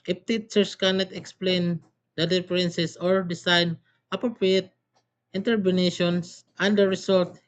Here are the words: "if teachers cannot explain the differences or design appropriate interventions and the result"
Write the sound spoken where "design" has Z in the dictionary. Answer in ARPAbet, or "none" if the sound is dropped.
S